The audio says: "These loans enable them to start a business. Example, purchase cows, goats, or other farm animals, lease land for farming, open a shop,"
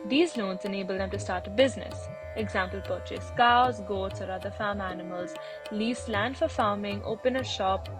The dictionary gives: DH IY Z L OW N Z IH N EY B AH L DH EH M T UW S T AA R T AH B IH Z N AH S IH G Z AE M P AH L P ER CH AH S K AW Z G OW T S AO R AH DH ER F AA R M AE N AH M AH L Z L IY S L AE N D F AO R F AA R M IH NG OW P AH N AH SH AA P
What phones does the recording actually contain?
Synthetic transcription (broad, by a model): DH IY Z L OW N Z IH N EY B AH L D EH M T UW S T AA R T AH B IH Z N AH S IH G Z AE M P AH L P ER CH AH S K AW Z G OW T S AO R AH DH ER F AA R M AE N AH M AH L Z L IY S L AE N D F AO R F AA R M IH NG OW P AH N AH SH AA P